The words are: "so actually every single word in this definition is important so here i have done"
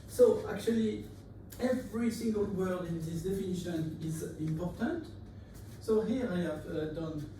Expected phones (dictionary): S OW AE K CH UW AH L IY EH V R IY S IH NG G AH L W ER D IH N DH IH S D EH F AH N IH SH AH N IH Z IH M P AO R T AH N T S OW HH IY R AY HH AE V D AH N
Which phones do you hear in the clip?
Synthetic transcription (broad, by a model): S OW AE K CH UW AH L IY EH V R IY S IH NG G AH L W ER D IH N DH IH S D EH F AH N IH SH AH N IH Z IH M P AO R T AH N T S OW HH IY R AY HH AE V D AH N